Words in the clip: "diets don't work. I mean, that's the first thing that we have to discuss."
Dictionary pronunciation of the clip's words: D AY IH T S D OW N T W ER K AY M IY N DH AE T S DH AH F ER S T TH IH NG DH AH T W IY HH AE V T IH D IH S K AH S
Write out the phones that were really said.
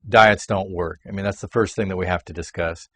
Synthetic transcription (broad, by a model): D AY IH T S D OW N T W ER K AY M IY N DH AE T S DH AH F ER S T TH IH NG DH AH T W IY HH AE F T IH D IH S K AH S